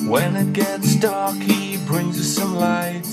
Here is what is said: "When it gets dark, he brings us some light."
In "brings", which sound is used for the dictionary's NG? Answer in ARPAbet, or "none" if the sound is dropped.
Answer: NG